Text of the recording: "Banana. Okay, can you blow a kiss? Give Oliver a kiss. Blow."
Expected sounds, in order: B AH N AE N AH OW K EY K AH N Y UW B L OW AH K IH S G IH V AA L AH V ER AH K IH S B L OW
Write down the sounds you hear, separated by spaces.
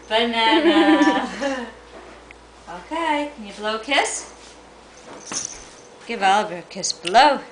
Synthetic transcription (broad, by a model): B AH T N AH OW K EY K AH N Y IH B L OW AH K IH S G IH V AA L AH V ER K IH S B L OW